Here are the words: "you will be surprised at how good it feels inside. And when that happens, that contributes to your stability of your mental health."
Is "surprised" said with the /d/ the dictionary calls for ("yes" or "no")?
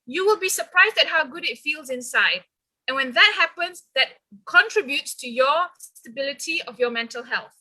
yes